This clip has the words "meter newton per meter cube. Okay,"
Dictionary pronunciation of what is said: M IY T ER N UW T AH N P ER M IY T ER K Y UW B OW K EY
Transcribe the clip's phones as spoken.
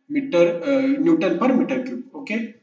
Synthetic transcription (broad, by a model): M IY T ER N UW T AH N P ER M IY T ER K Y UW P OW K EY